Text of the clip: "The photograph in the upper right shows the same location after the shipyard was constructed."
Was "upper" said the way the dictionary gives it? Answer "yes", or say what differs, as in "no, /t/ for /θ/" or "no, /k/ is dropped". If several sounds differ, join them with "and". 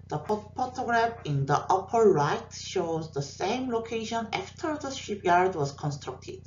yes